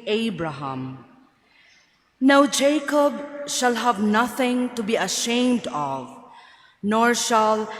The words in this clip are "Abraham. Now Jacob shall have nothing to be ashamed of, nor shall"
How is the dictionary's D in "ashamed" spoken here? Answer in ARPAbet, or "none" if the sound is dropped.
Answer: D